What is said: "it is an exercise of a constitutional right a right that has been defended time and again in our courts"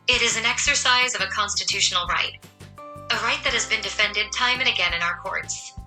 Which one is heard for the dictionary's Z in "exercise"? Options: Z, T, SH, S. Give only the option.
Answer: Z